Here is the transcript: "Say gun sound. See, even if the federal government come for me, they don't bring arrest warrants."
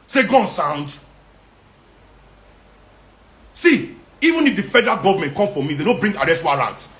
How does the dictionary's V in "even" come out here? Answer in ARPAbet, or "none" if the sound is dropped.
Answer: V